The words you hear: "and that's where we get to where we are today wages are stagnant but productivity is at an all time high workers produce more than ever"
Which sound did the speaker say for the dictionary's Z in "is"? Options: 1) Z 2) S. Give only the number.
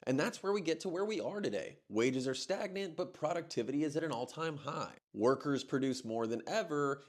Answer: 1